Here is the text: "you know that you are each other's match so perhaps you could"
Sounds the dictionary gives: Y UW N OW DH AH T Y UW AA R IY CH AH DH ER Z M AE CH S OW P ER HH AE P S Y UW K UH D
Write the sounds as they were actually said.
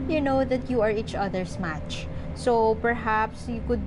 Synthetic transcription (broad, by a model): Y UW N OW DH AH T Y UW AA R IY CH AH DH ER S M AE CH S OW P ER HH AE P S Y UW K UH D